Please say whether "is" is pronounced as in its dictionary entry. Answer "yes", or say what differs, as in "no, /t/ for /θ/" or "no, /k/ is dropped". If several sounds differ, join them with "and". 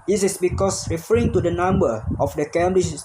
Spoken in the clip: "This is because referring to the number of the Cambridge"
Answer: no, /s/ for /z/